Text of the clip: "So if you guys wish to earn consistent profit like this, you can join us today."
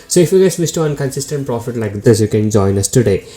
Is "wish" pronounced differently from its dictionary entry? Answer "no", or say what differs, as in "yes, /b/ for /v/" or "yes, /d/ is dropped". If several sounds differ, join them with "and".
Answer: yes, /s/ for /ʃ/